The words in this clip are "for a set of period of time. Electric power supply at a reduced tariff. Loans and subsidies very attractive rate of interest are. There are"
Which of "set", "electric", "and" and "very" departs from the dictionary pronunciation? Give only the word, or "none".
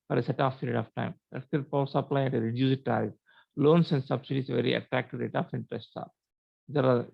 electric